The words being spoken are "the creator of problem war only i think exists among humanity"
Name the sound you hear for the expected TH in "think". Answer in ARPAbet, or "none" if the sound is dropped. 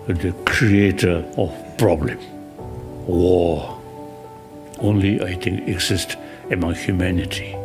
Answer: T